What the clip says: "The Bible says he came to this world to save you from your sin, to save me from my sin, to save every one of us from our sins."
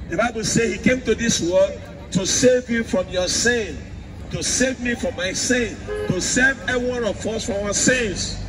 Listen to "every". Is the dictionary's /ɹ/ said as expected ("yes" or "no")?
no